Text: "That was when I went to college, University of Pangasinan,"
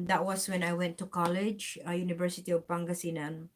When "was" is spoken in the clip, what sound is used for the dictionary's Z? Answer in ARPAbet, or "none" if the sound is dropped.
S